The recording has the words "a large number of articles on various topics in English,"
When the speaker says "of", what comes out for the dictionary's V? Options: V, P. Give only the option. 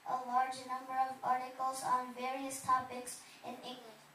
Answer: V